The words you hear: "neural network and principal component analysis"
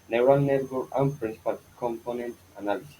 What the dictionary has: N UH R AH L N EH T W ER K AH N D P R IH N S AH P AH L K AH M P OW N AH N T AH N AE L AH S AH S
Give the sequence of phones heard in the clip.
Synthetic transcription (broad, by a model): N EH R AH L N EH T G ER AH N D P R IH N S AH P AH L K AH M P OW N AH N T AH N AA L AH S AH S